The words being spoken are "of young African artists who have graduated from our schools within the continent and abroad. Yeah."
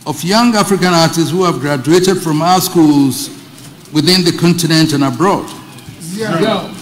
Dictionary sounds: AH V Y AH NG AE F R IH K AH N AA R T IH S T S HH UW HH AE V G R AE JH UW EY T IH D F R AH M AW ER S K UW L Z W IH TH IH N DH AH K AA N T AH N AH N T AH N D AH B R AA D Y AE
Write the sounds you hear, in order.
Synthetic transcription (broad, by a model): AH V Y AH NG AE F R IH K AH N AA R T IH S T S HH UW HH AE V G R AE JH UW EY T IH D F R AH M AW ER S K UW L Z W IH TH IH N DH AH K AA N T AH N AH N T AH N AH B R AA D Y